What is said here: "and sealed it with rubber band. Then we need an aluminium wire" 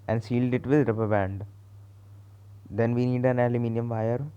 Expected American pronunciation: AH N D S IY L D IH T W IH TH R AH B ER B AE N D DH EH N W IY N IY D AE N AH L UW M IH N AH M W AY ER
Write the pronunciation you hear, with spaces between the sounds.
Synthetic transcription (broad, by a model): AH N D S IY L D IH T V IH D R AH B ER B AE N D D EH N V IY N IY D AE N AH L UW M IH N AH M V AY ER